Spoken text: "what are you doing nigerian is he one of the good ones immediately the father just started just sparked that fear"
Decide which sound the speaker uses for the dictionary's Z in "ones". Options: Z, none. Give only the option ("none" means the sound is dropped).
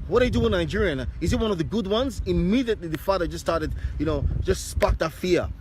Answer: Z